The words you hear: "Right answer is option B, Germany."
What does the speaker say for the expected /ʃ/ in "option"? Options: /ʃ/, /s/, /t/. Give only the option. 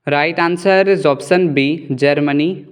/s/